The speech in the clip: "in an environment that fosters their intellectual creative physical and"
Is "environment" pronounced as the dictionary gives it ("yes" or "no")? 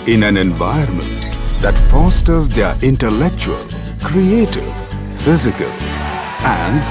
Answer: no